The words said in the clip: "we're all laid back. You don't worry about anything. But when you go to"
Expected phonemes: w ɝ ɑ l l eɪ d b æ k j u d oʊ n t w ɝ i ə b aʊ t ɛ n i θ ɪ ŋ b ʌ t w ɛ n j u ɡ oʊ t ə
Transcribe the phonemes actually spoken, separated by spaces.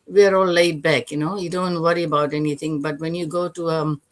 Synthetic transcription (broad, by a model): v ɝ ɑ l l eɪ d b æ k j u d oʊ n t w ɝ i ə b aʊ t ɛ n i t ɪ ŋ b ʌ t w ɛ n j u ɡ oʊ t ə